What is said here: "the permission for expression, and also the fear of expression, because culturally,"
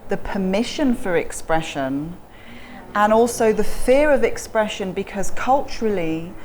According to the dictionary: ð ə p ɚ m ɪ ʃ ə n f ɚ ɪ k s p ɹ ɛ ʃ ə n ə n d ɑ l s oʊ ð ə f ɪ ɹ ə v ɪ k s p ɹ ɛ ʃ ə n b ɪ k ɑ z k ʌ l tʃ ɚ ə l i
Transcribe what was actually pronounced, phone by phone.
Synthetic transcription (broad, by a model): ð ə p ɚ m ɪ ʃ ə n f ɚ ɪ k s p ɹ ɛ ʃ ə n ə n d ɑ l s oʊ ð ə f ɪ ɹ ə v ɪ k s p ɹ ɛ ʃ ə n b ɪ k ɑ z k ʌ l tʃ ɚ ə l i